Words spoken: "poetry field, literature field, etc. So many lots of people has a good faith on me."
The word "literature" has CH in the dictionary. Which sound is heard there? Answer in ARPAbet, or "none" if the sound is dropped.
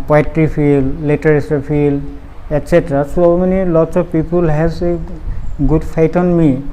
S